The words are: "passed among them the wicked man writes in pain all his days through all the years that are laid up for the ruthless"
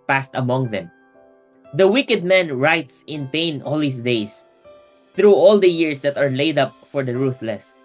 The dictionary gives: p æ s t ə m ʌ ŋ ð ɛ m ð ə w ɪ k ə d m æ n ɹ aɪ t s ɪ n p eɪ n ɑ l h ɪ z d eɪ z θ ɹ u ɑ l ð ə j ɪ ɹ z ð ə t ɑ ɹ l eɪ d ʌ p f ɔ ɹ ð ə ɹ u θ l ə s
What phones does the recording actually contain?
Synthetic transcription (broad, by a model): p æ s t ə m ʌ ŋ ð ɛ m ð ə w ɪ k ə d m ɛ n ɹ aɪ t s ɪ n p eɪ n ɑ l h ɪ s d eɪ s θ ɹ u ɑ l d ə j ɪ ɹ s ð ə t ɑ ɹ l eɪ d ʌ p f ɔ ɹ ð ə ɹ u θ l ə s